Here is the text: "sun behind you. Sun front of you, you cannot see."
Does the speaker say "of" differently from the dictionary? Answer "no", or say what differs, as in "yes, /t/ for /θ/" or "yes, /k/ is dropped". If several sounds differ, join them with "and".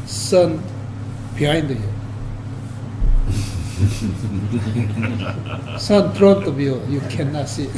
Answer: yes, /b/ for /v/